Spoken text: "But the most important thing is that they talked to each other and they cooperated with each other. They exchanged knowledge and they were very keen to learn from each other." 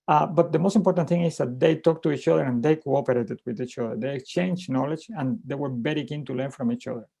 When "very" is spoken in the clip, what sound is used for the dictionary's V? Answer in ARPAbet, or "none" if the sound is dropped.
B